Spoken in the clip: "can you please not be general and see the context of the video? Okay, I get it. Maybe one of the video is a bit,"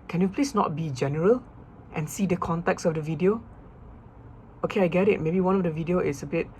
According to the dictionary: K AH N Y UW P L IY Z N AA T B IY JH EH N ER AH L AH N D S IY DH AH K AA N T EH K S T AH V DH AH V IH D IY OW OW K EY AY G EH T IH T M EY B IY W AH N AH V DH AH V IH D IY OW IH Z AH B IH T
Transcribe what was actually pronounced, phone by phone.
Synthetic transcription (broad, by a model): K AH N Y UW P L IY S N AA T B IY JH EH N ER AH L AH N S IY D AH K AA N T EH K S AH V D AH V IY D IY OW OW K EY AY G EH T IH T M EY B IY W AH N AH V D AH V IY D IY OW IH S AH B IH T